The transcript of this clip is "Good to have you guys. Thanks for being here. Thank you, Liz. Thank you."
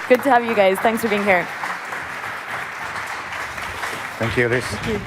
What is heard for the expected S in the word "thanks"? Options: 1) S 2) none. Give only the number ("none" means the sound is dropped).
1